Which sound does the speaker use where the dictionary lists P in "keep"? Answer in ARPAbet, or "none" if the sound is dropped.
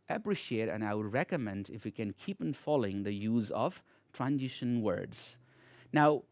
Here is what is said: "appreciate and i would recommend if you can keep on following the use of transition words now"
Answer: P